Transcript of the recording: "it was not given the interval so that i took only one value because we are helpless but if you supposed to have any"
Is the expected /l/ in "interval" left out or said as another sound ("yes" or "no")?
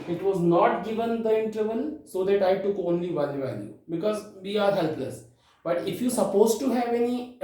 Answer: yes